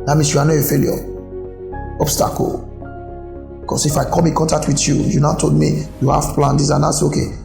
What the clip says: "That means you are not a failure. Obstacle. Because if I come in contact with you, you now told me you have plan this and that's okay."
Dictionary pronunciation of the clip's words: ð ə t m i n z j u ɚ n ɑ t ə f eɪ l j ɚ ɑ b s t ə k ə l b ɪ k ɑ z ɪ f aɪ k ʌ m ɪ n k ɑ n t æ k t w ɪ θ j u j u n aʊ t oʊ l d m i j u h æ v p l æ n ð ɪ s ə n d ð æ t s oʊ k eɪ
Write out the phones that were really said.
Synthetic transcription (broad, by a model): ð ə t m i n s j u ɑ n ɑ ə f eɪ l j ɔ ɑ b s t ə k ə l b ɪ k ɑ s ɪ f aɪ k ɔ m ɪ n k ɑ n t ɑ k t w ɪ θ j u j u n aʊ t oʊ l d m i j u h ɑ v p l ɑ n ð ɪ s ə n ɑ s oʊ k eɪ